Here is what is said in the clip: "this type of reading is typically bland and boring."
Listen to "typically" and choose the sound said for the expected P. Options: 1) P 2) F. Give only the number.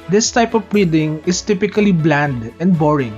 1